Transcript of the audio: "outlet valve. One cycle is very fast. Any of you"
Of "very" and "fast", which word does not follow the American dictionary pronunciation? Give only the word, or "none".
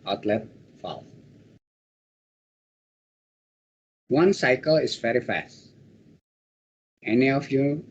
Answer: none